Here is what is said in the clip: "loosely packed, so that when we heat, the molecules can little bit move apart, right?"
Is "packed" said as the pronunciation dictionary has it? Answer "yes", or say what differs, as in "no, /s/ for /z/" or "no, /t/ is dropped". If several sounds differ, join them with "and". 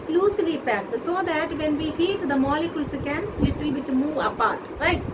no, /k/ is dropped